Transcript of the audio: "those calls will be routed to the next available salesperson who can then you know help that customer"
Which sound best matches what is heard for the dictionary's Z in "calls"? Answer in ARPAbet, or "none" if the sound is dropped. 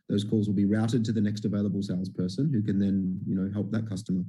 Z